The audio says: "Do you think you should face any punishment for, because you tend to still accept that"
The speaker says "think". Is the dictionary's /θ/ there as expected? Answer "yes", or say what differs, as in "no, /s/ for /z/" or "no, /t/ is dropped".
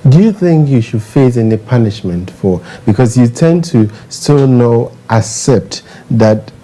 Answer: yes